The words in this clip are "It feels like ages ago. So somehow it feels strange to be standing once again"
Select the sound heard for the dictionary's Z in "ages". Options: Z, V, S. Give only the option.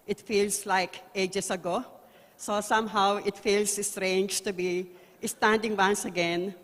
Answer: S